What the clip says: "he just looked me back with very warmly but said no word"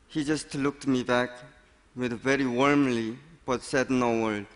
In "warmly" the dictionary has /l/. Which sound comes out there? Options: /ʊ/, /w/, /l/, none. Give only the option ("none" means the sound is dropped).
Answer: /l/